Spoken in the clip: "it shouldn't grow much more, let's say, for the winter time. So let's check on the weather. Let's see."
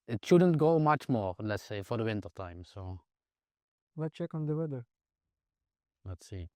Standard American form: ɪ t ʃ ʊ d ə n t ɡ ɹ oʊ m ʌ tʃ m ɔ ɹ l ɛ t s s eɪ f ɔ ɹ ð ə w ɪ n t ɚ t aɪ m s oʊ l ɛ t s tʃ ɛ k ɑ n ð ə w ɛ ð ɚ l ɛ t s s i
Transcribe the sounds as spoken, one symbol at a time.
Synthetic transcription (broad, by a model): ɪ t ʃ ʊ d ə n t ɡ oʊ m ʌ tʃ m ɔ ɹ l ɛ t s s eɪ f ɔ ɹ ð ə w ɪ n t ɚ t aɪ m s oʊ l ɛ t tʃ ɛ k ɑ n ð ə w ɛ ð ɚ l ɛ t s s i